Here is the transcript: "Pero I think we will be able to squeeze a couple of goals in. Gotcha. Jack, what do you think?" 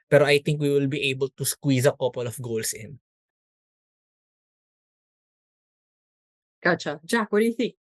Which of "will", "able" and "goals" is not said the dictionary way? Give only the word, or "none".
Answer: goals